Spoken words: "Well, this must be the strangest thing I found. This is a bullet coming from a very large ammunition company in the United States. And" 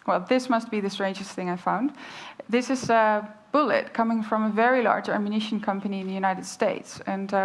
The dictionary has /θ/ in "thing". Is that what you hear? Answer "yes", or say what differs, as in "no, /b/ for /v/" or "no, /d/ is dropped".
yes